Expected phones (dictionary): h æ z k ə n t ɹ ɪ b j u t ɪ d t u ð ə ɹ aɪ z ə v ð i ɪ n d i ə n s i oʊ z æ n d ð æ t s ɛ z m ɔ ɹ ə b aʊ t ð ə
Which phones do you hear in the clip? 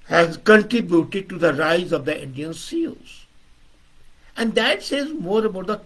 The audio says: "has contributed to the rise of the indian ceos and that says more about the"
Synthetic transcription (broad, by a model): h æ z k ə n t ɹ ɪ b j u t ɪ d t u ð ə ɹ aɪ z ə v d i ɪ n d i ə n s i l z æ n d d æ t s ɛ z m ɔ ɹ ə b aʊ t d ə